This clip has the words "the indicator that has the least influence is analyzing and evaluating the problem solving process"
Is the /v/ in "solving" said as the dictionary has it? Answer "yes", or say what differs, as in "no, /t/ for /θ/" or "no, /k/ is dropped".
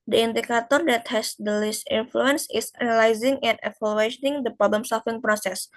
no, /f/ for /v/